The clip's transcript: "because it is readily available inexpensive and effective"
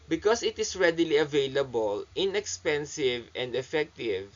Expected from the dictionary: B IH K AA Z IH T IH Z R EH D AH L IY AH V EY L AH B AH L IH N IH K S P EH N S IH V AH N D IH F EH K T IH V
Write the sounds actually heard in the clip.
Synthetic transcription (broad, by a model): B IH K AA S IH T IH S R EH D AH L IY AH V EY L AH B AH L IH N IH K S P EH N S IH V AH N D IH F EH K T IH V